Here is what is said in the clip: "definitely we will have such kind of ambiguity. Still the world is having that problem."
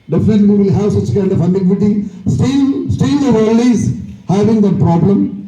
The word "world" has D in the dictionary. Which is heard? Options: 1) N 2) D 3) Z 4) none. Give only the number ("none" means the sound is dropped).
4